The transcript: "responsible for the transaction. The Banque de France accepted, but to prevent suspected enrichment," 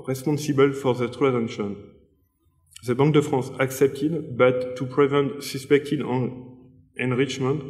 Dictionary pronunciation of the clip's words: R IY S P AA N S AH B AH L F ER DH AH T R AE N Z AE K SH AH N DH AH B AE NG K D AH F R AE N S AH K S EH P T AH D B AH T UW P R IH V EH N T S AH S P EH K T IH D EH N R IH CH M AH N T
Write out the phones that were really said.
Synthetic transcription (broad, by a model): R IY S P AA N S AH B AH L F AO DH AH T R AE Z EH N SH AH N DH AH B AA NG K D AH F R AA S AH K S EH P T AH D B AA T UW P R IH V EH N T S AH S P EH K T IH D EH N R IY CH M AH N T